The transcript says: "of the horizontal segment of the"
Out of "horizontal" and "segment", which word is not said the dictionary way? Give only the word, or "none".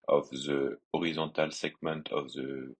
horizontal